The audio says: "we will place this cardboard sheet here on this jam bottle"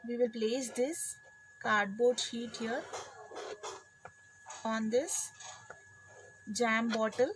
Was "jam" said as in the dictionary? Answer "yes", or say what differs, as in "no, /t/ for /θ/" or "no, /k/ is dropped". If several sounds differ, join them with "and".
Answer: yes